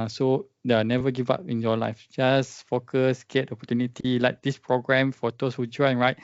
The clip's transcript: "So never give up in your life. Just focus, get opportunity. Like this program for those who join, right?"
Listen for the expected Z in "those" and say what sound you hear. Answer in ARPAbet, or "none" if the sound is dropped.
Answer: S